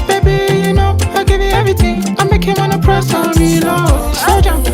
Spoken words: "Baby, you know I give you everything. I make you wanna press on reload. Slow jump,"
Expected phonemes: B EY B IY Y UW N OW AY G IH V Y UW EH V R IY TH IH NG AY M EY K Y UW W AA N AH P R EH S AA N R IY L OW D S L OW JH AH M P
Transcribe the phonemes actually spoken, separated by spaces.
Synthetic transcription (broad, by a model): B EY B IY Y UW N OW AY G IH V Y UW EH V R IY TH IH NG AY M EY K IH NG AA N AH P R EH S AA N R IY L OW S OW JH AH